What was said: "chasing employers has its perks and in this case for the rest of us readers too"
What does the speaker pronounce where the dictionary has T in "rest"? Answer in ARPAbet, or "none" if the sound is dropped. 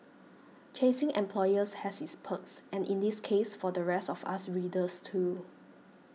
T